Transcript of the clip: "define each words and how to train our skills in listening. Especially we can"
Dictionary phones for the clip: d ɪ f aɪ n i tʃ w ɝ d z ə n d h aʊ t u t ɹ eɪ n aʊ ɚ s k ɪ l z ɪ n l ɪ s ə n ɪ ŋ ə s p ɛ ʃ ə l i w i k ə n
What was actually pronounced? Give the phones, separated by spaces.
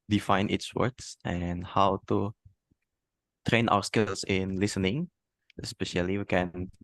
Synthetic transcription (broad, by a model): d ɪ f aɪ n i s w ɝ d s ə n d h aʊ t u t ɹ eɪ n aʊ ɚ s k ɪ l s ɪ n l ɪ s ə n ɪ ŋ ə s p ɛ ʃ ə l i w i k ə n